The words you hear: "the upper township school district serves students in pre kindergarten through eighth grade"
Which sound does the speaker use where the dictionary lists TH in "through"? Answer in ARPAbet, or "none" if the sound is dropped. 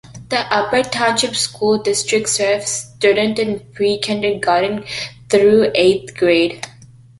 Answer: T